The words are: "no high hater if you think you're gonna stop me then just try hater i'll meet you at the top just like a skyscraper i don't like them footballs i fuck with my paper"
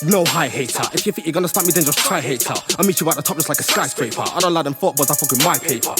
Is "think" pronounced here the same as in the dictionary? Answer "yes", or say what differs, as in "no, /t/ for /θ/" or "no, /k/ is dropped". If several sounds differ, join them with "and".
no, /f/ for /θ/